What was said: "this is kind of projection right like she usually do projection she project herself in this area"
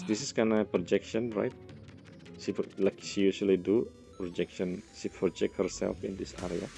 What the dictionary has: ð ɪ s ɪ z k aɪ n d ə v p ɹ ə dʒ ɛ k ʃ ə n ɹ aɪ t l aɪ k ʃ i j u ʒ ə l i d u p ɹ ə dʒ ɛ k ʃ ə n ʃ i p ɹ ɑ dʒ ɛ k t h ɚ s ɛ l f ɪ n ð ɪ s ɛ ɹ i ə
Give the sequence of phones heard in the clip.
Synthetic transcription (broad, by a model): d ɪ s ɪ s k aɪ n ə p ɹ ə dʒ ɛ k ʃ ə n ɹ aɪ t l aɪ k ʃ i j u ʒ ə l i d u p ɹ ə dʒ ɛ k ʃ ə n ʃ i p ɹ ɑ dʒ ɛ k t h ɚ s ɛ l f ɪ n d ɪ s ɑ ɹ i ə